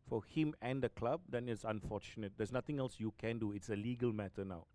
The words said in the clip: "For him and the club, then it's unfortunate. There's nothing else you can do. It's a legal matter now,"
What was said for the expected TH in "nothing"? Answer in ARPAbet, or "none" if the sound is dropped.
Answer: T